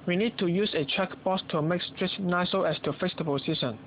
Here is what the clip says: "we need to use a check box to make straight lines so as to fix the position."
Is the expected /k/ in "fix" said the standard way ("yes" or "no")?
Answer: no